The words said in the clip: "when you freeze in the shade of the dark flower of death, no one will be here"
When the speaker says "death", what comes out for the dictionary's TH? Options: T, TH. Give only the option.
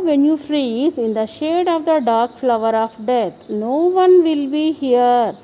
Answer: T